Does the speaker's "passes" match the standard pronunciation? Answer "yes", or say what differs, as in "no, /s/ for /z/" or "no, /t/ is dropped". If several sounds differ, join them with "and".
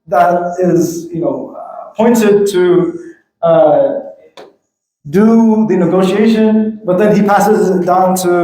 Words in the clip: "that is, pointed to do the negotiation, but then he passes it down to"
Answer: yes